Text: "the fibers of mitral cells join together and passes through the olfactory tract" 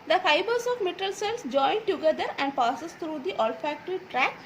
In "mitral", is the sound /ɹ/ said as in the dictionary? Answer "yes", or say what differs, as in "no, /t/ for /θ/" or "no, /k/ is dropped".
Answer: no, /ɹ/ is dropped